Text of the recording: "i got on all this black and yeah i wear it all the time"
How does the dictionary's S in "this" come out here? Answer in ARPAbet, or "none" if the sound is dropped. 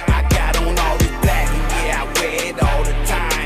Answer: none